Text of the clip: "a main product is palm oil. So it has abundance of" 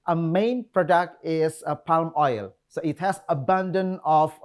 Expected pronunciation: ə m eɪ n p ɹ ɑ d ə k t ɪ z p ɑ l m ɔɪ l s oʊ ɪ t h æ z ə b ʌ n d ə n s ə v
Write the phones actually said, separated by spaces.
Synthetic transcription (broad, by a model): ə m eɪ n p ɹ ɑ d ə k t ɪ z p ɑ l m ɔɪ l s oʊ ɪ t h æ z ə b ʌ n d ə n ə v